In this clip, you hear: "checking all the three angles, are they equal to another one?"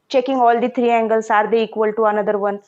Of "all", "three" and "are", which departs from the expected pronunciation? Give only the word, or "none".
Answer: three